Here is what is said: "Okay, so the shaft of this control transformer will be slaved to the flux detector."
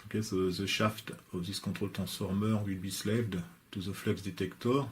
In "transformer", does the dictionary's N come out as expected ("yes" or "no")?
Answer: no